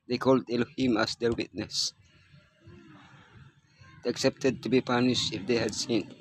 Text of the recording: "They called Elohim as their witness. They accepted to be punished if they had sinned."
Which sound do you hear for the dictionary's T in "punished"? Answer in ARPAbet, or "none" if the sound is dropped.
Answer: none